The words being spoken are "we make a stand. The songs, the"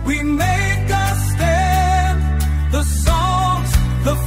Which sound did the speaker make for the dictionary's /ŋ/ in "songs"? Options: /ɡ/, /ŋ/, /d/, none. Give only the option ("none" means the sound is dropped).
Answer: none